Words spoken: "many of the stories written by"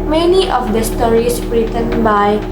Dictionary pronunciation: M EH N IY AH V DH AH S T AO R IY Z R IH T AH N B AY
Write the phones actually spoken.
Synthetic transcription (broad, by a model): M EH N IY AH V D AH S T AO R IY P R IH T AH N B AY